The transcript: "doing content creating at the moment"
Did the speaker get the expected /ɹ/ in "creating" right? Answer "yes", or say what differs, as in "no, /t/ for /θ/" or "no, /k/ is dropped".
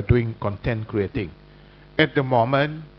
yes